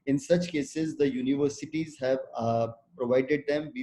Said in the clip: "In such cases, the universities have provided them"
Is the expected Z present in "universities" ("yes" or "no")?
yes